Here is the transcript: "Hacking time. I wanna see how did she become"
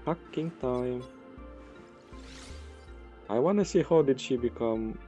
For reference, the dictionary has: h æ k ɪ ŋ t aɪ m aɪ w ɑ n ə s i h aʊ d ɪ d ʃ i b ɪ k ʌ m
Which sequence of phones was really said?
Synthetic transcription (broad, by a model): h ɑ k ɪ ŋ t aɪ m aɪ w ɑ n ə s i h aʊ d ɪ d ʃ i b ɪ k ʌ m